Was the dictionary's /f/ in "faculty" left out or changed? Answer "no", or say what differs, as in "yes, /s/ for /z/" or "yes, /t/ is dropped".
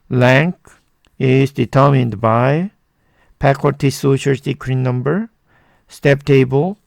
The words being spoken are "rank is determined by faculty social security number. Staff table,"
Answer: yes, /p/ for /f/